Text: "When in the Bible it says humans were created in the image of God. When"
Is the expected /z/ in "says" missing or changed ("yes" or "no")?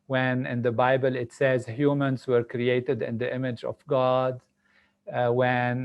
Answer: no